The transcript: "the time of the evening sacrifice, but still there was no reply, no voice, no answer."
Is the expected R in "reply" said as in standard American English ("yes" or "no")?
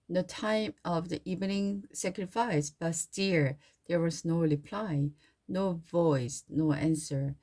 yes